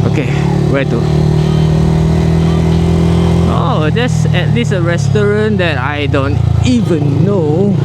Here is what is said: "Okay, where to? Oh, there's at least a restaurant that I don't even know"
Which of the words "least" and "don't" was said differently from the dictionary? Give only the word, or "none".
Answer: least